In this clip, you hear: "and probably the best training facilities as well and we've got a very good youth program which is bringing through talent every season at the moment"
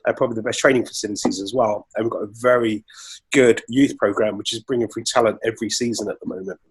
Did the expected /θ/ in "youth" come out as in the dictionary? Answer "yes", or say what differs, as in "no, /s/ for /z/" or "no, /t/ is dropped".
yes